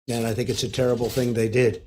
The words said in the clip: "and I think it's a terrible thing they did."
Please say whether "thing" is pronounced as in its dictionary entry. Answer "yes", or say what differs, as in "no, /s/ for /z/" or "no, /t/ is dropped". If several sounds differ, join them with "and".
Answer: yes